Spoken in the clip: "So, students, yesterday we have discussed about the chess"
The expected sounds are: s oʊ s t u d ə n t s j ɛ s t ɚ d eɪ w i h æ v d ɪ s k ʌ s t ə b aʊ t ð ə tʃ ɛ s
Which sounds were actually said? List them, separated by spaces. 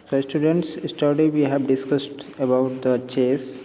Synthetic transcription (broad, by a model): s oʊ s t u d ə n t s s t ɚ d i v i h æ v d ɪ s k ʌ s t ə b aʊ t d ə tʃ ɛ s